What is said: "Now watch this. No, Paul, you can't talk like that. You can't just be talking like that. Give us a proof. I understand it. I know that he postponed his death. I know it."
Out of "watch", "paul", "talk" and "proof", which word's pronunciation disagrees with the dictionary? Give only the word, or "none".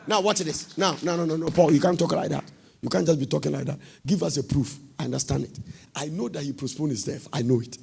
watch